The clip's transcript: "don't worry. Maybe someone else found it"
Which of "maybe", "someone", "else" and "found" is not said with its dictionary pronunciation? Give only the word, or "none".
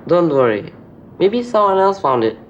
none